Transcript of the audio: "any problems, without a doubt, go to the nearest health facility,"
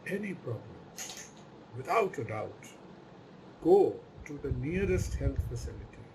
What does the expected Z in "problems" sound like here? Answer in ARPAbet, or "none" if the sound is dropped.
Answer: none